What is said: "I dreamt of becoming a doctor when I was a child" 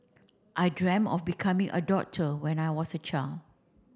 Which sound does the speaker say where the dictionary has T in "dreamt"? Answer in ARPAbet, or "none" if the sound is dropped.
none